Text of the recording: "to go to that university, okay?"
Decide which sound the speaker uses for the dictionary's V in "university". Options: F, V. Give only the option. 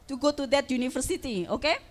F